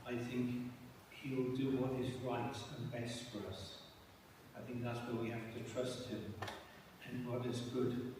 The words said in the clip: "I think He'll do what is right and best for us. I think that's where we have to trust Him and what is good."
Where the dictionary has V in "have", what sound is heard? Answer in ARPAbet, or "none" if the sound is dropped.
F